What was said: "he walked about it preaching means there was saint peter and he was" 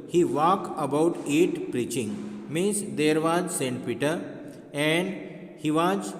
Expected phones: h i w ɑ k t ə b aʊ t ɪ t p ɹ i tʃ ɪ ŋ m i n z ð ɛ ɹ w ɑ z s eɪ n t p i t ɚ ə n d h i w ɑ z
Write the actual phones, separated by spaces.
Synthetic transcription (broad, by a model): h i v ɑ k ə b aʊ t ɪ t p ɹ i tʃ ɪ ŋ m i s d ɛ ɹ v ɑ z s eɪ n t p i t ɚ ə n d h i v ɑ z